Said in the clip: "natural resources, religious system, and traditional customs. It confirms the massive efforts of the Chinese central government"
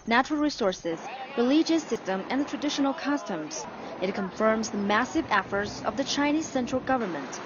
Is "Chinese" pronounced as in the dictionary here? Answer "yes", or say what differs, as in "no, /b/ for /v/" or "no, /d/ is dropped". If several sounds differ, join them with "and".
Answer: yes